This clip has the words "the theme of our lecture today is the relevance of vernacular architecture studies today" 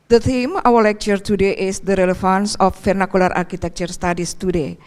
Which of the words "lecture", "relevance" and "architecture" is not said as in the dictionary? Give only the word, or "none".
relevance